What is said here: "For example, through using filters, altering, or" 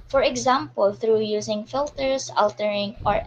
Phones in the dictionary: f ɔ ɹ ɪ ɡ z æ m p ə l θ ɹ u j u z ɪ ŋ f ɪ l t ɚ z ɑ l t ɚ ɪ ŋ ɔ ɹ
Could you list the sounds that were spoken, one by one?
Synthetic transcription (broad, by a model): f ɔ ɹ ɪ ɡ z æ m p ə l θ ɹ u j u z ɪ ŋ f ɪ l t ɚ s ɑ l t ɚ ɪ ŋ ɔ ɹ